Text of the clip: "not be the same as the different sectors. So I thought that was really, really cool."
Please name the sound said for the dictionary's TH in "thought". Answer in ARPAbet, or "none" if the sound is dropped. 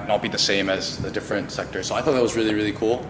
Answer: TH